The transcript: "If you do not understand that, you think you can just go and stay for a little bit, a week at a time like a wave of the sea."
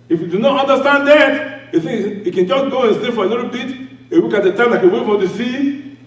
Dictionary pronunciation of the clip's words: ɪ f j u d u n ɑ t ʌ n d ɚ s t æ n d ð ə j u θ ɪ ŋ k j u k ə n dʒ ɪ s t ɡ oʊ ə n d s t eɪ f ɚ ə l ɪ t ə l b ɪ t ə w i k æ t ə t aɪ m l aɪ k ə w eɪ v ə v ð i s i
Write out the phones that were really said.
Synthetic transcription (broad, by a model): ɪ f j u d u n ɑ t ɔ n d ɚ s t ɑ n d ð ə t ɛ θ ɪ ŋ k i k ə n dʒ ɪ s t ɡ oʊ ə n s t eɪ f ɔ ə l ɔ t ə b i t ə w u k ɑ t ə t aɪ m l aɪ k ə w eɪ f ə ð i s i